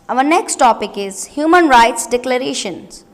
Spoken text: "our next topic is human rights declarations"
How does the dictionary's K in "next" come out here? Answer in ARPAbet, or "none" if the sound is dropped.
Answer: K